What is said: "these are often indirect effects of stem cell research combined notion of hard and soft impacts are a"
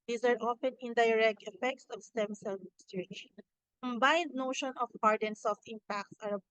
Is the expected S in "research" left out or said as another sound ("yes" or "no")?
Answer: yes